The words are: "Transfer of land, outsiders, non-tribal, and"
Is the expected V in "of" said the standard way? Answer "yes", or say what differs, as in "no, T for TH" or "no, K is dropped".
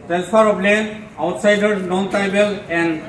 no, P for V